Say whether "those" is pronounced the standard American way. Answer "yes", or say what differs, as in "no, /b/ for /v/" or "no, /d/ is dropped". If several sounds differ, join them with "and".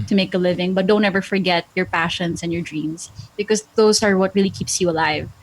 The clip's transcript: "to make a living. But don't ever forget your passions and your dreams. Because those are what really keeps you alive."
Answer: no, /s/ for /z/